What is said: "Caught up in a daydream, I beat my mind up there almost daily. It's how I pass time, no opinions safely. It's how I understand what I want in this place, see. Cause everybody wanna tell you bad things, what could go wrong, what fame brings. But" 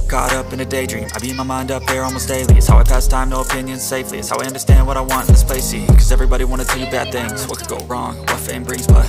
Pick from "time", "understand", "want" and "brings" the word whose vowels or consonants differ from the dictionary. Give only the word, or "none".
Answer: brings